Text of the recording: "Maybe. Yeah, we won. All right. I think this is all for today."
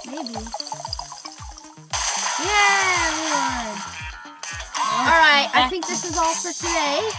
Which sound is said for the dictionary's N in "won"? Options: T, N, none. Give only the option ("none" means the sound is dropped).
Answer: none